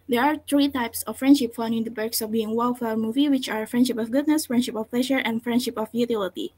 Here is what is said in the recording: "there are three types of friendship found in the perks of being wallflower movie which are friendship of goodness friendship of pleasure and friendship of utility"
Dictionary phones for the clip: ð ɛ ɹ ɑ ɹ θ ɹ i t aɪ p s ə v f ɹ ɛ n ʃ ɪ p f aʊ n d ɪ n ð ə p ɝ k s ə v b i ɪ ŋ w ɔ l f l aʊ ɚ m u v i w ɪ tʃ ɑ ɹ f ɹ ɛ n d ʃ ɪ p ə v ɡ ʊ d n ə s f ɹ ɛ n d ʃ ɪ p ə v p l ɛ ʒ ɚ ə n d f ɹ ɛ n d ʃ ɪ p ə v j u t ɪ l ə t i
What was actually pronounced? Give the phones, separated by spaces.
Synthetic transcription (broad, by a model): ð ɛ ɹ ɑ ɹ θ ɹ i t aɪ p s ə f ɹ ɛ n ʃ ɪ p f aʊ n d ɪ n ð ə b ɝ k s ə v b i ɪ ŋ w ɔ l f aʊ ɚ m u v i w ɪ tʃ ɑ ɹ f ɹ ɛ n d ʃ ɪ p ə f ɡ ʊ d n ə s f ɹ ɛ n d ʃ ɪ p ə f p l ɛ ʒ ɚ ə n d f ɹ ɛ n d ʃ ɪ p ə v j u t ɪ l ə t i